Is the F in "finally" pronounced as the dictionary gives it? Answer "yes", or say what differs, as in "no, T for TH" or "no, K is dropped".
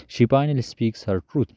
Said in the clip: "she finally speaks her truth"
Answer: no, P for F